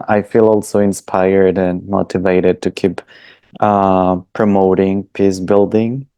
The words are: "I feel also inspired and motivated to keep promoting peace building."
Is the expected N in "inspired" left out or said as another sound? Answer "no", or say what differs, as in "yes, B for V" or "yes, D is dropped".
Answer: no